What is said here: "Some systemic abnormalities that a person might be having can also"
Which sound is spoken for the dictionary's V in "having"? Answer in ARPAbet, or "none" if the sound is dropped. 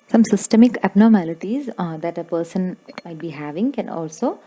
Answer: V